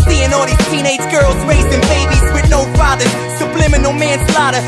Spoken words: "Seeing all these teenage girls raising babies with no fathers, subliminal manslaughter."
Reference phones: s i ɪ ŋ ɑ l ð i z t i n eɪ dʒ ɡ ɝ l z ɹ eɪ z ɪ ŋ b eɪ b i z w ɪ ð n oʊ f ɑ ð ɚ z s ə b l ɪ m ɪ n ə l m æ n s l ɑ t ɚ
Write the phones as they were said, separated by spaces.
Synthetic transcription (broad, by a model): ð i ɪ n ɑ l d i t i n eɪ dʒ ɡ ɝ l z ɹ eɪ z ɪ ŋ b eɪ b i z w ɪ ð n oʊ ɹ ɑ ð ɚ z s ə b l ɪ m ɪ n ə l m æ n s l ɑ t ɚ